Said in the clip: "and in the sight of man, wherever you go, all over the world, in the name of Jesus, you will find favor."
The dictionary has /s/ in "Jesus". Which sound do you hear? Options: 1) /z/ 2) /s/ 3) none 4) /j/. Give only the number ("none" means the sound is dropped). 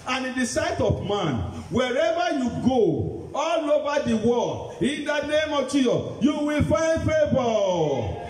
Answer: 3